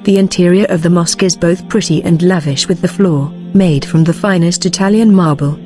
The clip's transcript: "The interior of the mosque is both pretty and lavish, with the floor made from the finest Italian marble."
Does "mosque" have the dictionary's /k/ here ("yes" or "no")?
yes